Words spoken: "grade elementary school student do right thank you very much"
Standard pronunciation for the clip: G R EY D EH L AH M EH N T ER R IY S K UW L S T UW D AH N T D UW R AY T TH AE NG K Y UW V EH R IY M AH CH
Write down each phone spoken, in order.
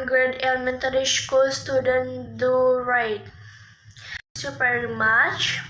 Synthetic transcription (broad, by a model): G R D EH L M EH N T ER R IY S K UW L S T UW D AH N T D UW R AY T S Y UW P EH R M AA CH